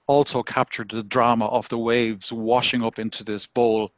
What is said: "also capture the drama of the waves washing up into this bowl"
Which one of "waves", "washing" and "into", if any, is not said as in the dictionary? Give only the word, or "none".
none